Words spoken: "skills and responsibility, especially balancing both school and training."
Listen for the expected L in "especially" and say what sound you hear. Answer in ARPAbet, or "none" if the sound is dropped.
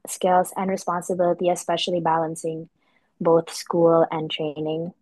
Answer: L